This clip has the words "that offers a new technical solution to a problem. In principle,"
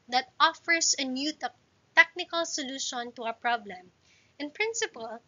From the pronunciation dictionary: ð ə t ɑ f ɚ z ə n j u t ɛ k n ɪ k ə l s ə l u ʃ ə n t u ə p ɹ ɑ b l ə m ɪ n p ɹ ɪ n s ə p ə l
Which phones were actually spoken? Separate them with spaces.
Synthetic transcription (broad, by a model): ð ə t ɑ f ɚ s ə n j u t ɛ k n ɪ k ə l s ə l u ʃ ə n t u ə p ɹ ɑ b l ə m ɪ n p ɹ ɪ n s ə p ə l